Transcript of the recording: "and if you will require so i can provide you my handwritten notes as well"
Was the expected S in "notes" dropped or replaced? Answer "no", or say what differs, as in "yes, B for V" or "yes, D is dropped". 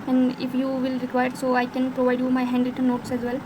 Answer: no